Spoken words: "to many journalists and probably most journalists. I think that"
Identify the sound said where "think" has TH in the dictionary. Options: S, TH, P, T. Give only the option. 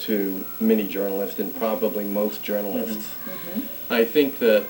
TH